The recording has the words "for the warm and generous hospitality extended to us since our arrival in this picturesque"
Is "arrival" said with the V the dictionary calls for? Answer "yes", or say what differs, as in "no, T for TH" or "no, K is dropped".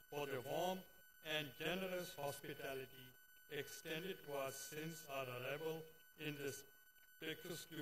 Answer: no, B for V